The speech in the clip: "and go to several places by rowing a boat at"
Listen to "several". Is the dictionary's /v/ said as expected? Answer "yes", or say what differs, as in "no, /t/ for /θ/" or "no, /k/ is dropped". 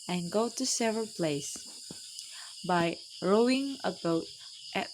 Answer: yes